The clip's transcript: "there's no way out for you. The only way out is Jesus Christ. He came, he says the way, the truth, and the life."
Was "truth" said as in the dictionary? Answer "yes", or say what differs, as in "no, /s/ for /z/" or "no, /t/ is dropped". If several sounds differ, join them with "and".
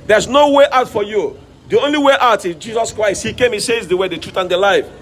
yes